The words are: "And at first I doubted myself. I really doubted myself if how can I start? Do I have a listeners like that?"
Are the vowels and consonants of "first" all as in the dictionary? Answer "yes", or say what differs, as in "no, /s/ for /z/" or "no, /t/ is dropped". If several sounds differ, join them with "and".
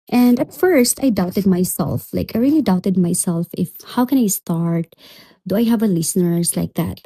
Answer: yes